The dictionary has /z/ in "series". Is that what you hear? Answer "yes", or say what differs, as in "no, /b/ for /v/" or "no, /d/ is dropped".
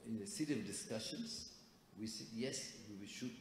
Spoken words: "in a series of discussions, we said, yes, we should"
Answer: no, /z/ is dropped